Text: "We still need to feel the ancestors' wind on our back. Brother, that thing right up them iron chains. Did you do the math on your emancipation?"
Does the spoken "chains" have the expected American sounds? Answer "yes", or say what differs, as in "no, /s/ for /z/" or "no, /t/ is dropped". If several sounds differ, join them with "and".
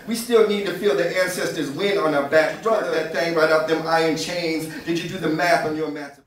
yes